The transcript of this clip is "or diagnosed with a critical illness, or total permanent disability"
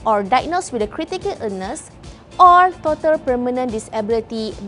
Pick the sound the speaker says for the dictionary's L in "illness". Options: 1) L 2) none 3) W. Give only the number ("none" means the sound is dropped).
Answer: 2